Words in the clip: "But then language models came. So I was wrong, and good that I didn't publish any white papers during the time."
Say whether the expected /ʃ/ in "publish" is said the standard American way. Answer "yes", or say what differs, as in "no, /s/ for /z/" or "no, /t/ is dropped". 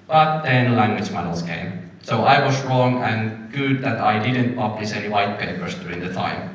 no, /s/ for /ʃ/